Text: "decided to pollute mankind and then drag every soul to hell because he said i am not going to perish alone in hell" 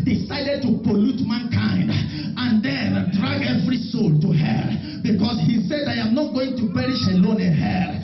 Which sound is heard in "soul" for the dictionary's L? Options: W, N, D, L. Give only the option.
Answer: L